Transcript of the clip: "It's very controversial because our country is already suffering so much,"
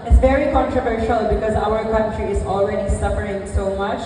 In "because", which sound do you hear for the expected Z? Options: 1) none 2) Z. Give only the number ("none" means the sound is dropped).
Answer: 2